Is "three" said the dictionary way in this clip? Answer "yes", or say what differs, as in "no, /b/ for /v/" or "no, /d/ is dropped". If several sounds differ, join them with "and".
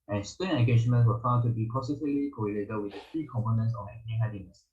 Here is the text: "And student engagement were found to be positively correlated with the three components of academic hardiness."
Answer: no, /f/ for /θ/